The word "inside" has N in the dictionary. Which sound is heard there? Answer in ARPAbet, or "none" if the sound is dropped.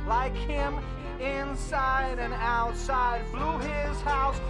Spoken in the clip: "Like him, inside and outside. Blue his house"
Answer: N